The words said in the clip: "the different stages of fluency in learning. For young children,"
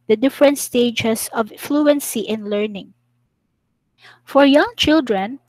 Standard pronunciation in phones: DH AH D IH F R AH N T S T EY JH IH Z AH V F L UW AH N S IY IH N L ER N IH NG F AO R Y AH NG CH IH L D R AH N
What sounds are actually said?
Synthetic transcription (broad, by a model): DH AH D IH F R AH N T S T EY JH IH S AH V F L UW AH N S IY IH N L ER N IH NG F AO R Y AH NG CH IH L D R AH N